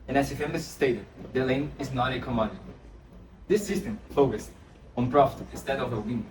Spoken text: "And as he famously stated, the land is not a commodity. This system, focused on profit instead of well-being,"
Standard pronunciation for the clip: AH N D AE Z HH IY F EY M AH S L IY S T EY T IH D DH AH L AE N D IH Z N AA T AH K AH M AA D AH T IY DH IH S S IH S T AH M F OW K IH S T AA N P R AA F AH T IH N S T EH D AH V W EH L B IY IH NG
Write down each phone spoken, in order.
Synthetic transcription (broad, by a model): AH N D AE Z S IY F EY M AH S S T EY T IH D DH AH L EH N IH Z N AA T AH K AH M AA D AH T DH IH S S IH S T AH M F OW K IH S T AA N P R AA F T IH N S T EH D AH V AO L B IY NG